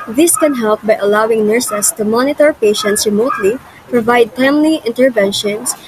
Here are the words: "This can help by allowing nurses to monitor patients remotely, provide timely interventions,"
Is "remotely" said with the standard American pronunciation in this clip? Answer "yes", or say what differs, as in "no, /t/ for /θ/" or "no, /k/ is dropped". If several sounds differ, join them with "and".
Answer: yes